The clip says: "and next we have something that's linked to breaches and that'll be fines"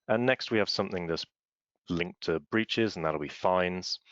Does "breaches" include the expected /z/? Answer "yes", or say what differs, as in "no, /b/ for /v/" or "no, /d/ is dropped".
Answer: yes